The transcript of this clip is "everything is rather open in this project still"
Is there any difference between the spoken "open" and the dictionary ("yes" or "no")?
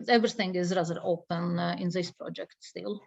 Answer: no